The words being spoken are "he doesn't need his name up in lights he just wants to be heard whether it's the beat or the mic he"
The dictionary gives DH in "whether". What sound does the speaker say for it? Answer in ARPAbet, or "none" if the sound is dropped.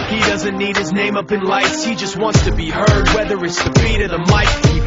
DH